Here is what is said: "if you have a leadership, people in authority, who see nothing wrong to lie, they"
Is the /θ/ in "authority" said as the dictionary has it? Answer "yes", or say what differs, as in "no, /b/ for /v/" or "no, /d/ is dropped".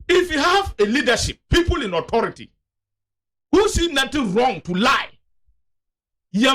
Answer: no, /t/ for /θ/